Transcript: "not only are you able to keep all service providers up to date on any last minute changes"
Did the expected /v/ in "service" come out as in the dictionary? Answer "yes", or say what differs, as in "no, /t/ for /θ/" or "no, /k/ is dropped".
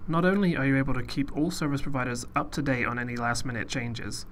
yes